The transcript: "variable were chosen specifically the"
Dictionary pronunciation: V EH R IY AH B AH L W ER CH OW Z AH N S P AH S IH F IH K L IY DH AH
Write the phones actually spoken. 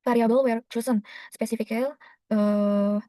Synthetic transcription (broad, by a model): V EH R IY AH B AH L W ER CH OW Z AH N S P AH S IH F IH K IY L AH